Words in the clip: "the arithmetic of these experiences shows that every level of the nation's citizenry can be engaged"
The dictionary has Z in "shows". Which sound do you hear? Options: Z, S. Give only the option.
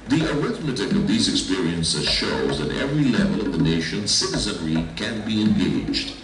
Z